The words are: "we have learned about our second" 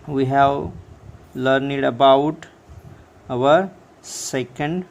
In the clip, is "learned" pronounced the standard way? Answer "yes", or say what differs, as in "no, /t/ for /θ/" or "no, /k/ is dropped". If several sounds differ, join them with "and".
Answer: yes